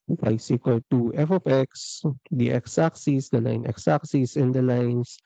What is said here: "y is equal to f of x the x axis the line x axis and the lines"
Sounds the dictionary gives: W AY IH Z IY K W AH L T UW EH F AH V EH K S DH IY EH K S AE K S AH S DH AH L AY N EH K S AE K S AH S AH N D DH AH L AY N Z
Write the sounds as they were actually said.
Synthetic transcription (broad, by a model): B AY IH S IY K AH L T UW EH F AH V EH K S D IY EH K S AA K S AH S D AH L AY N EH K S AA K S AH S AH N D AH L AY N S